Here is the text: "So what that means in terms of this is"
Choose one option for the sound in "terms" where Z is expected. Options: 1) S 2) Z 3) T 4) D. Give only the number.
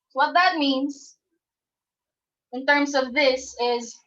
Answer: 2